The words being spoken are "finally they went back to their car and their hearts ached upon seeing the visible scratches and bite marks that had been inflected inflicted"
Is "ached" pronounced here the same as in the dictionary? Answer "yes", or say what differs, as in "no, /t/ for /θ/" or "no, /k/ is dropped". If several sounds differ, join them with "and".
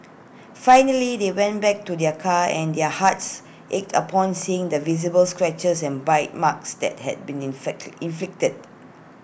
yes